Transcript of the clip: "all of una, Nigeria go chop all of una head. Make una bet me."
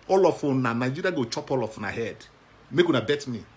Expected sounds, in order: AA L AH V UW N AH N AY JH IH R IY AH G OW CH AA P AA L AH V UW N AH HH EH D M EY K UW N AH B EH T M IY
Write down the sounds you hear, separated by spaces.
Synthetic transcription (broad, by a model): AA L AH F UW N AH N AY JH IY R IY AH G OW CH AA P AA L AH F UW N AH HH EH D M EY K UW N AH B EH T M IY